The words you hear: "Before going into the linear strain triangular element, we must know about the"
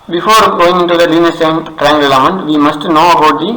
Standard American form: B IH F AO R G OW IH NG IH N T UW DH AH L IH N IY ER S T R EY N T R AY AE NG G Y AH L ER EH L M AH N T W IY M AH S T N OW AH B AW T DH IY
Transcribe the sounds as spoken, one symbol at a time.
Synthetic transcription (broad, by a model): B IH F AO R G OW IH NG IH N T UW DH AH L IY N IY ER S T EY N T R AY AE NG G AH L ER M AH N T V IY M AH S T N OW AH B AW T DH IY